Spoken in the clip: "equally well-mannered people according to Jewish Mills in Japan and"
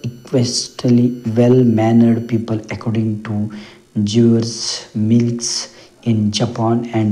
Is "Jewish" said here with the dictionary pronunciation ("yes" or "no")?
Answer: no